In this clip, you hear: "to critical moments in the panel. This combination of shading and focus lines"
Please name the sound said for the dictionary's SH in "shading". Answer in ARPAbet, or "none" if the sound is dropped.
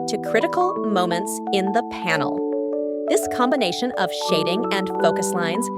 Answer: SH